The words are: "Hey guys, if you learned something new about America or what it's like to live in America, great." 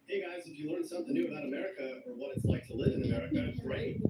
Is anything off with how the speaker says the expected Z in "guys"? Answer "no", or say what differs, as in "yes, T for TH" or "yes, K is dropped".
no